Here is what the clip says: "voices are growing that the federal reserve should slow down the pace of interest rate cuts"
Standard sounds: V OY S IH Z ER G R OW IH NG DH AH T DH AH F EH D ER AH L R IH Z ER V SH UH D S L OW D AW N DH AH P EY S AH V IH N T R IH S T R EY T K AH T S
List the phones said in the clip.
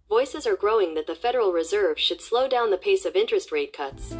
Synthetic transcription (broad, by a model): V OY S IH Z ER G R OW IH NG DH AH T DH AH F EH D ER L R IH Z ER V SH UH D S L OW D AW N DH AH P EY S AH V IH N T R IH S T R EY T K AH T S